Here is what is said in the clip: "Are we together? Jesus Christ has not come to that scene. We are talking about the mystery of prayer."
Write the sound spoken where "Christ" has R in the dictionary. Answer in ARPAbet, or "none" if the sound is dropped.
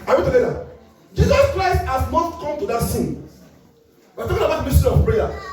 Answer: R